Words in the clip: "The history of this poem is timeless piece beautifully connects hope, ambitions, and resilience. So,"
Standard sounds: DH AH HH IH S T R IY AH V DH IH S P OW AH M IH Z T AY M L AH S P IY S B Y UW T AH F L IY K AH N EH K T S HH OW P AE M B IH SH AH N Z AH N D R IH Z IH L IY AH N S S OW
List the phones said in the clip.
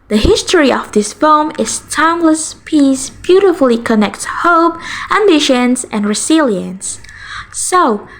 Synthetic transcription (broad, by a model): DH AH HH IH S T R IY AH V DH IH S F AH M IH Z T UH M L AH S P IY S B Y UW T AH F L IY K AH N EH K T HH OW P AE M B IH SH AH N S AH N R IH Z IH L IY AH N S S OW